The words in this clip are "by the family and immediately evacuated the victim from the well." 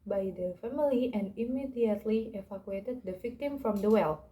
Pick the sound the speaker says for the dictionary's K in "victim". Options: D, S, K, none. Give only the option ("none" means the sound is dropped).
K